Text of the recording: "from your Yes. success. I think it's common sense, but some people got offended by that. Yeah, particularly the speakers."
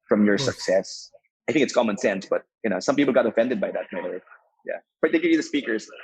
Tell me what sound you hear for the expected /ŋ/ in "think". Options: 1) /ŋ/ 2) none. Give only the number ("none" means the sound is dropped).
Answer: 1